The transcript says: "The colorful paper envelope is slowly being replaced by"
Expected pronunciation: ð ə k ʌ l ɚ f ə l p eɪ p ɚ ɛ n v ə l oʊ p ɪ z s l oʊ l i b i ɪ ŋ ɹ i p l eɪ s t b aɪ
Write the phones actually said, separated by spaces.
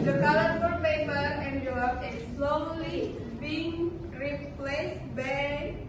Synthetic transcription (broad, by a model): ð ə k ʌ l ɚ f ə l p eɪ p ɚ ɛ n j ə oʊ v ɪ s l oʊ l i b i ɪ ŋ ɹ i p l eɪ s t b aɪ